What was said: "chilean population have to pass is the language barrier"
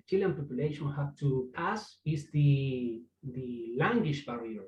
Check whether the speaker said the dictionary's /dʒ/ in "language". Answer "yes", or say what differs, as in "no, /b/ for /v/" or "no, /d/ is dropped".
no, /ʃ/ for /dʒ/